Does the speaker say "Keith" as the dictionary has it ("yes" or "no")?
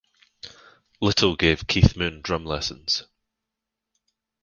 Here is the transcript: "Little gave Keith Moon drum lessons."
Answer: yes